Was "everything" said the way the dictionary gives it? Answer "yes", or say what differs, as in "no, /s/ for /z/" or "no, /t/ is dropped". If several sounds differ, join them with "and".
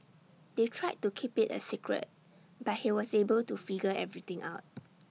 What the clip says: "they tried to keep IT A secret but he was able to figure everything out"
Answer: no, /t/ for /θ/